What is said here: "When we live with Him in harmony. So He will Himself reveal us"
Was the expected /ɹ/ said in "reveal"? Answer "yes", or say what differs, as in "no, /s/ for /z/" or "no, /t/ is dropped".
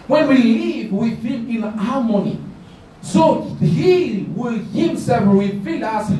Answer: no, /w/ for /ɹ/